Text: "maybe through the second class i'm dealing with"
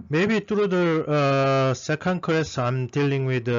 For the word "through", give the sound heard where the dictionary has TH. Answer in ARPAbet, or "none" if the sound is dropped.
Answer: T